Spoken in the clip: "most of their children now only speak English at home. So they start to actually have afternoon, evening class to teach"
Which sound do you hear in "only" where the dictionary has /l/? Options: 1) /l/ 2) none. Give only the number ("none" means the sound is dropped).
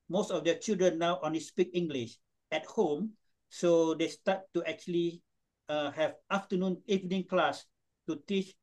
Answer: 2